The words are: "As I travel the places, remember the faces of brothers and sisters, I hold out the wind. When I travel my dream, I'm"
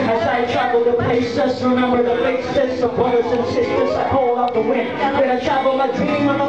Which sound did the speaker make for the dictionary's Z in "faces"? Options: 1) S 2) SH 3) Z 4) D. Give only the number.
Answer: 1